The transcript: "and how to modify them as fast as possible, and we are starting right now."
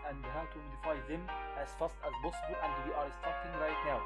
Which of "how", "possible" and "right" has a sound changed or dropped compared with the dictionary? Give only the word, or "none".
possible